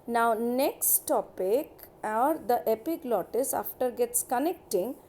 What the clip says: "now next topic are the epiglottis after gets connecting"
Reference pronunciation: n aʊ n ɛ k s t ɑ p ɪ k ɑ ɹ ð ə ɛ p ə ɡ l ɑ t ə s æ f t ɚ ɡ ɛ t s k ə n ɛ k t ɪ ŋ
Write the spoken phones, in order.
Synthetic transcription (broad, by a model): n aʊ n ɛ k s t ɑ p ɪ k ɑ ɹ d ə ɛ p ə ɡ l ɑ t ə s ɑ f t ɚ ɡ ɛ t s k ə n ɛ k t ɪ ŋ